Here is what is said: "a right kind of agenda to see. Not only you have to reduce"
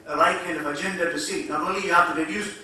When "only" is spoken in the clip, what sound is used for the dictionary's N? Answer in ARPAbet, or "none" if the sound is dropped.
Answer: none